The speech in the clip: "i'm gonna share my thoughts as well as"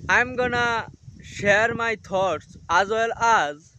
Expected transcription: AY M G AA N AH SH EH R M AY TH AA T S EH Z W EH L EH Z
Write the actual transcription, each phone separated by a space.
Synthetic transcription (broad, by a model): AY M G AA N AH SH EH R M AY T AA T S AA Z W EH L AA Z